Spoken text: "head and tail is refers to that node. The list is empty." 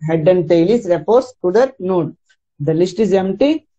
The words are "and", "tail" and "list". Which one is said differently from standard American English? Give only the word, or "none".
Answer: none